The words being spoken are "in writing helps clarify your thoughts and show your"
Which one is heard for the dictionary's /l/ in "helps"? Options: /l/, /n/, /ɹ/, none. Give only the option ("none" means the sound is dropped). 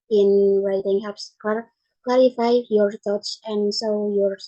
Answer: none